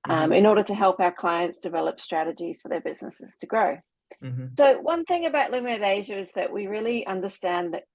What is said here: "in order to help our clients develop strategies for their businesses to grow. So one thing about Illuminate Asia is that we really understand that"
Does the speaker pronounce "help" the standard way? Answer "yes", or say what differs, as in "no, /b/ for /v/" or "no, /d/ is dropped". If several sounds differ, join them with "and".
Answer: yes